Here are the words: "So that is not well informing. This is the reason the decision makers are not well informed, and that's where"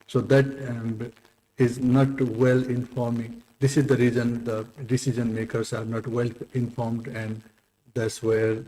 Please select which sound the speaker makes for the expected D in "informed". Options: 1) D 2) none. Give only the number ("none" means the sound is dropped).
1